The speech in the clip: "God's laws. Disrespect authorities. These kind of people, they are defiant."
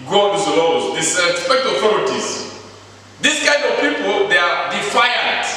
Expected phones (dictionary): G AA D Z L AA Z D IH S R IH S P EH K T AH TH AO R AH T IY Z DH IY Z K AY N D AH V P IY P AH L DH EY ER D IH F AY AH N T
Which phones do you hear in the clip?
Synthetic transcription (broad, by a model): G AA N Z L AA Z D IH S IH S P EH K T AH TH AO R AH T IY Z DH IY S K AY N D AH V P IY P AH L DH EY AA D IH F AY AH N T